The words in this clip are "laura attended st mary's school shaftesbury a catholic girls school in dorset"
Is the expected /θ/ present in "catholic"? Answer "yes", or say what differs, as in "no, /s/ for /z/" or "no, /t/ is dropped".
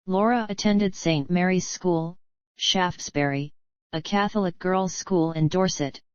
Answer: yes